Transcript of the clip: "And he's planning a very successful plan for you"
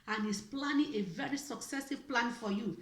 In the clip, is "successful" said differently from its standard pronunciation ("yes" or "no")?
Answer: yes